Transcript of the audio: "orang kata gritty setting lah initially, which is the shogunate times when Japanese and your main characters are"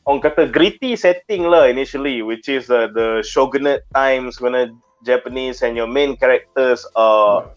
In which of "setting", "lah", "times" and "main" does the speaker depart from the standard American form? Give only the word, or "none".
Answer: times